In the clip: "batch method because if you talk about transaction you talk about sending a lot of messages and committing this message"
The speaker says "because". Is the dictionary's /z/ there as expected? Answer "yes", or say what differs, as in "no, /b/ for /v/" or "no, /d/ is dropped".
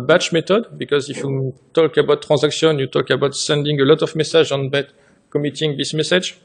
yes